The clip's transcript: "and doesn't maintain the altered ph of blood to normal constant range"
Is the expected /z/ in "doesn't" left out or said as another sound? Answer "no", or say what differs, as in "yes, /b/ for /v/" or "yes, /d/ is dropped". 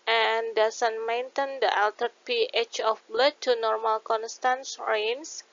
yes, /s/ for /z/